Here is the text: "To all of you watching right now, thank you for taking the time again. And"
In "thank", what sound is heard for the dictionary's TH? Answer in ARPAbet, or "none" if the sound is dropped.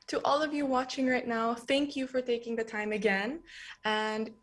TH